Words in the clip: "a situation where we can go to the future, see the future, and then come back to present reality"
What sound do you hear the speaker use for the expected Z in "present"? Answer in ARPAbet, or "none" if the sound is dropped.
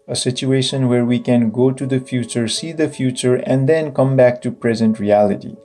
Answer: Z